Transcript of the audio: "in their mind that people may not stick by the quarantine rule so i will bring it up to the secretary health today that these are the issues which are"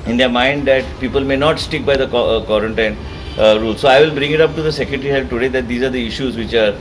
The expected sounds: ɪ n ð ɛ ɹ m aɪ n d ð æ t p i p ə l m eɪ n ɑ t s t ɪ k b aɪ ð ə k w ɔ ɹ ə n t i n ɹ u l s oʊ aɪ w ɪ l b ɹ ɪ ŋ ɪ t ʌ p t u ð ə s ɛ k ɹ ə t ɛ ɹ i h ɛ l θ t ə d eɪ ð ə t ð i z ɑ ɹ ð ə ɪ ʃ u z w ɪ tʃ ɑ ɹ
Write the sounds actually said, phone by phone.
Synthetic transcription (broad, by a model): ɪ n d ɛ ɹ m aɪ n d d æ t p i p ə l m eɪ n ɑ t s t ɪ k b aɪ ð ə k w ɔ ɹ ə n t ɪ n ɹ u l s oʊ aɪ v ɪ l b ɹ ɪ ŋ ɪ t ʌ p t u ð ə s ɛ k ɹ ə t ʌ ɹ i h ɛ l f t ə d eɪ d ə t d i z ɑ ɹ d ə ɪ ʃ u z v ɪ tʃ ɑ ɹ